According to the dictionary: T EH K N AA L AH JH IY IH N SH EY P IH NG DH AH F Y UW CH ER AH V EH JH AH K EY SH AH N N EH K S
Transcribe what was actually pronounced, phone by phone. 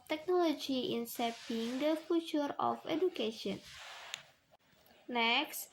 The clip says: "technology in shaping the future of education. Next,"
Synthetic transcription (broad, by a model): T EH K N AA L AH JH IY IH N S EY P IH NG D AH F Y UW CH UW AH F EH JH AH K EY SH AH N N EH K S